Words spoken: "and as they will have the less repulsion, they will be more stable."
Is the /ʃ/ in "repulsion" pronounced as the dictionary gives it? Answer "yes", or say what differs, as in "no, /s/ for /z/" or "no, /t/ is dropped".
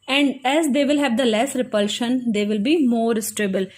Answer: yes